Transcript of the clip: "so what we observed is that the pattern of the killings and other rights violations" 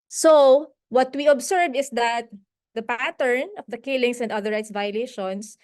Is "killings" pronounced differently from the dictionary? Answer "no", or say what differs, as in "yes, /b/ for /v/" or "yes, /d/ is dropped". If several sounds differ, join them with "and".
yes, /s/ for /z/